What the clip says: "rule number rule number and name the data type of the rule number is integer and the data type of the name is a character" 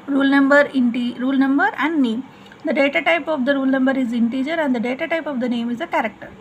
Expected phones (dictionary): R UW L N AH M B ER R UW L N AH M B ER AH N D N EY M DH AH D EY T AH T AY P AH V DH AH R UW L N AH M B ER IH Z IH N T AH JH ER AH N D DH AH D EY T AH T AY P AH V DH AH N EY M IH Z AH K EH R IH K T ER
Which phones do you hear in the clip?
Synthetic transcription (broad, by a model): R UW L N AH M B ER R UW L N AH M B ER AH N D N EY M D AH D EY T AH T AY P AH V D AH R UW L N AH M B ER IH Z IH N T AH JH ER AH N D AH D EY T AH T AY P AH V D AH N EY M IH Z AH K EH R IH K T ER